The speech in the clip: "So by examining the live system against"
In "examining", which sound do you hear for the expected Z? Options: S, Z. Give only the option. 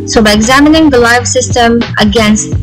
Z